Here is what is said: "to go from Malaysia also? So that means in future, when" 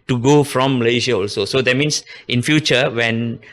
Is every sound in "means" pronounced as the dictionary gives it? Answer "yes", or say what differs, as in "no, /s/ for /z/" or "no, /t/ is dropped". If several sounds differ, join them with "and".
no, /s/ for /z/